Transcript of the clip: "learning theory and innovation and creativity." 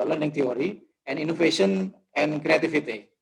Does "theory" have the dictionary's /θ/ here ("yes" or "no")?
no